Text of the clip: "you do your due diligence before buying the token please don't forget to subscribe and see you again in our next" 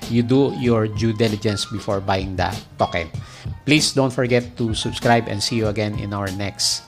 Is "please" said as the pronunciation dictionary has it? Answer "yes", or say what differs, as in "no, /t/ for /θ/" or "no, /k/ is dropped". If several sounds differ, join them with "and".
no, /s/ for /z/